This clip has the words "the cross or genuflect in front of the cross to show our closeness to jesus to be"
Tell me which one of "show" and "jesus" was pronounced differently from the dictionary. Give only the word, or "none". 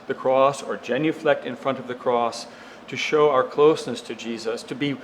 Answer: none